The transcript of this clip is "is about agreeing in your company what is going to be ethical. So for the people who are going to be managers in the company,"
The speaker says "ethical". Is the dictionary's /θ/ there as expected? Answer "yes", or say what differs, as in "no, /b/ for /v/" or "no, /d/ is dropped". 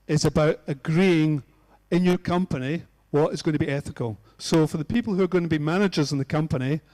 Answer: yes